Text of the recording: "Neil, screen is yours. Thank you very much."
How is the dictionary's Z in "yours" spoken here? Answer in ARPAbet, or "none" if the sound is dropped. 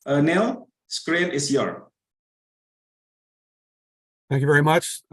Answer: none